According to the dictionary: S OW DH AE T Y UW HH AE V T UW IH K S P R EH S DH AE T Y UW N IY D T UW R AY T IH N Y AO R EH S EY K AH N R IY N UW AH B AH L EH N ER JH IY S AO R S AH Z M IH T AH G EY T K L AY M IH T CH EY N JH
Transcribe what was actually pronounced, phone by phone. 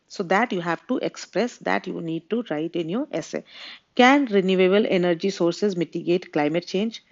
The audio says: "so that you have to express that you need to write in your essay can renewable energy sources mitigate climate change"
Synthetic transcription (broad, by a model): S OW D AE T Y UW HH AE V T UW IH K S P R EH S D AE T Y UW N IY D T UW R AY T IH N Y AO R EH S EY K AH N R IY N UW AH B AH L EH N ER JH IY S AO R S AH Z M IH T AH G EY T K L AY M IH T CH EY N JH